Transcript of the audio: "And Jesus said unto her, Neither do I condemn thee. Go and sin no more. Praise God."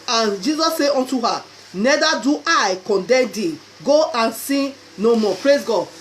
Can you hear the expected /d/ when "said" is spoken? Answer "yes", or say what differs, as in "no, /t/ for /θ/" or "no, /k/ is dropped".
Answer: no, /d/ is dropped